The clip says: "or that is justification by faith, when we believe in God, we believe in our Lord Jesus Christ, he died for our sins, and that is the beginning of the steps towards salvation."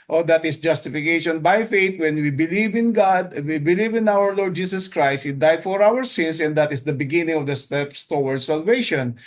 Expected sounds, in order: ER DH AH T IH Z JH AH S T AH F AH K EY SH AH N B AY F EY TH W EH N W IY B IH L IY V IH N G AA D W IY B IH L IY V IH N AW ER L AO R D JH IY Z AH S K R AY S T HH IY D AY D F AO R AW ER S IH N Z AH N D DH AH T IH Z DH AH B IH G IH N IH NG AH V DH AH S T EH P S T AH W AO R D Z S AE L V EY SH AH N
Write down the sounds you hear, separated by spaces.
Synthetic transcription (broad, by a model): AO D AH T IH S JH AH S T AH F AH K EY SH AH N B AY F EY T W EH N W IY B IH L IY V IH N G AA D W IY B IH L IY V IH N AW ER L AO R D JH IY S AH S K R AY S T HH IY D AY D F AO R AW ER S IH N S AH N D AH T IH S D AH B IH G IH N IH NG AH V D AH S T EH P S T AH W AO R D S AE L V EY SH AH N